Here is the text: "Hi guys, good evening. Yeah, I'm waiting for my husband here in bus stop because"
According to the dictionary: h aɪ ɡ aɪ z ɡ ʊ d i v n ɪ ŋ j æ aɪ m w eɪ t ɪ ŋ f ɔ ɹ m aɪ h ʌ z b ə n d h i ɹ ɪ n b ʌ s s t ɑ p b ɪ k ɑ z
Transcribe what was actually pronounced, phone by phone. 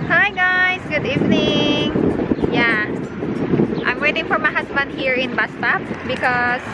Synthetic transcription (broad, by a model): h aɪ ɡ aɪ s ɡ ʊ d i v n ɪ ŋ j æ aɪ m w eɪ t ɪ ŋ f ɔ ɹ m aɪ h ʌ s b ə n d h i ɹ ɪ n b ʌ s s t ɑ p b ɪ k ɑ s